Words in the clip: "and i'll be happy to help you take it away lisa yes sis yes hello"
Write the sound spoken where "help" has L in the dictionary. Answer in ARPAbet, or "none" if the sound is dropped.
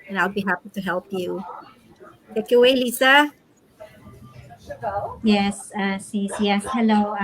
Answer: L